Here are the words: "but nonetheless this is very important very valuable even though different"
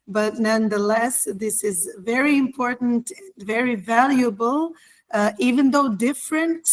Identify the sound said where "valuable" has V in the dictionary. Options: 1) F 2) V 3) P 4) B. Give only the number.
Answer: 2